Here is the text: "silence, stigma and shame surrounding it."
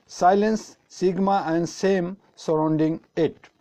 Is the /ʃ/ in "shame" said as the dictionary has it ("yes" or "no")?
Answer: no